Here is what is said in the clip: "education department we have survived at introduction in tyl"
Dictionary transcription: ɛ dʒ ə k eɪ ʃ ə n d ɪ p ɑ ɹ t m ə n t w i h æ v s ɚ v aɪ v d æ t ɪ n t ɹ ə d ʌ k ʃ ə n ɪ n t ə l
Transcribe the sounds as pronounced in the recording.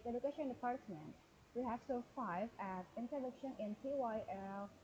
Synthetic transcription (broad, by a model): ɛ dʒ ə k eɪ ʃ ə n d ɪ p ɑ ɹ t m ə n t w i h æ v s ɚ f aɪ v æ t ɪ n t ə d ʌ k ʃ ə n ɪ n t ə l